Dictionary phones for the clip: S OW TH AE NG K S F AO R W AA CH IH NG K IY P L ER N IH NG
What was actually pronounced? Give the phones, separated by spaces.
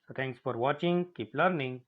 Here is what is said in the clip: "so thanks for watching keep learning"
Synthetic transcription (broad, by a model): S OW T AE NG K S F AO R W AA CH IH NG K IY P L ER N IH NG